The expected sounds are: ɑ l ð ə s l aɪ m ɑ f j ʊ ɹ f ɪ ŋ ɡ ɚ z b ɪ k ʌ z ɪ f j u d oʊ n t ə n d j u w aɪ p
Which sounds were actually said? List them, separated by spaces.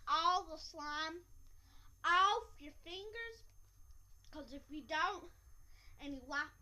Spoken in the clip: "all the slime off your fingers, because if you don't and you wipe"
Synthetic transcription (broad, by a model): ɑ l ð ə s l aɪ m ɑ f j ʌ ɹ f ɪ ŋ ɡ ɚ z k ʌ z ɪ f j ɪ d oʊ n t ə n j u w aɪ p